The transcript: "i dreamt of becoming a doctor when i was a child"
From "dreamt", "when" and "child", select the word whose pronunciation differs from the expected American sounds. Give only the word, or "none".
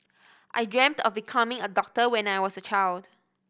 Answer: none